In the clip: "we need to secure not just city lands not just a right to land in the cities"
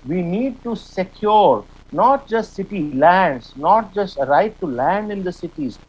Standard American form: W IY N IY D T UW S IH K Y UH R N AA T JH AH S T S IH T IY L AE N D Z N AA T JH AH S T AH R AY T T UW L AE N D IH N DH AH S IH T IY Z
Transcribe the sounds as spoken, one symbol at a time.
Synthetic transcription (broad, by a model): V IY N IY D T UW S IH K Y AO R N AA T JH AH S T S IH T IY L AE N D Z N AA T JH AH S T AH R AY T T UW L AE N D IH N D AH S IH T IY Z